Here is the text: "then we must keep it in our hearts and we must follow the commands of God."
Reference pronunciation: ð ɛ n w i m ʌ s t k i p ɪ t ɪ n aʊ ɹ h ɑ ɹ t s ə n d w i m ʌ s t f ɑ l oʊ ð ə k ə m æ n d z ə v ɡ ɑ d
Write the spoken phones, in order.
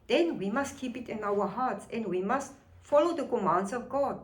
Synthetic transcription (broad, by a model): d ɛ n w i m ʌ s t k i p ɪ t ɪ n aʊ w h ɑ t s ə n d w i m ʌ s t f ɑ l oʊ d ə k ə m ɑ n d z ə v ɡ ɑ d